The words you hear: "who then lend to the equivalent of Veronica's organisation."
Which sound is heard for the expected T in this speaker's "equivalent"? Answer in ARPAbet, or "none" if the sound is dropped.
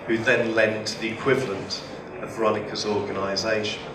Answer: T